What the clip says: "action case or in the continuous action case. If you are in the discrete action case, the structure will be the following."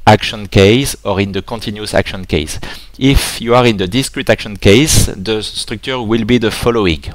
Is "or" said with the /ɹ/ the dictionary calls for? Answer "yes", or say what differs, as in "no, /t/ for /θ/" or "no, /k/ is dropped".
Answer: yes